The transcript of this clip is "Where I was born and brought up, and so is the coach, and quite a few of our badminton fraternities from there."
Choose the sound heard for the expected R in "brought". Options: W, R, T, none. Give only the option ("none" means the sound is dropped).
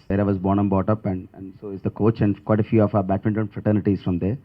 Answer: none